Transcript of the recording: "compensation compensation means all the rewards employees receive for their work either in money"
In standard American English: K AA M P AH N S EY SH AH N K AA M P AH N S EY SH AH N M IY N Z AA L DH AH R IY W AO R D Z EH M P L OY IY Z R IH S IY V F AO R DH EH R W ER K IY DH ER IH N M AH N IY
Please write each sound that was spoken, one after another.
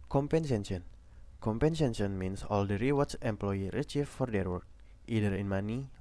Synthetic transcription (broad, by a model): K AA M P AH N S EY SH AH N K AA M P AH N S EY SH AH N M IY N S AA L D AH R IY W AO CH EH M P L OY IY R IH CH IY F F AO R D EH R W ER K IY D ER IH N M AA N IY